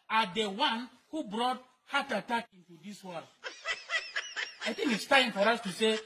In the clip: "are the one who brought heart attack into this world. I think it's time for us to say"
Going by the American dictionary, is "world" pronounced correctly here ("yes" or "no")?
no